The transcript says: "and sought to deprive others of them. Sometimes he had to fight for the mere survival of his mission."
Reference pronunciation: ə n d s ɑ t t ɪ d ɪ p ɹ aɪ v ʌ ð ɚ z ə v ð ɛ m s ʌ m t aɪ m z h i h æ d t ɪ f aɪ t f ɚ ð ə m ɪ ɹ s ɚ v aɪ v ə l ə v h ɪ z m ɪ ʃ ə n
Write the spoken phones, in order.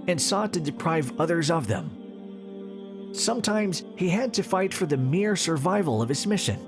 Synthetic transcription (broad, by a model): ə n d s ɑ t t ɪ d ɪ p ɹ aɪ v ʌ ð ɚ z ə v ð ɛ m s ʌ m t aɪ m z h i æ d t ɪ f aɪ t f ɚ ð ə m ɪ ɹ s ɚ v aɪ v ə l ə v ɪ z m ɪ ʃ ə n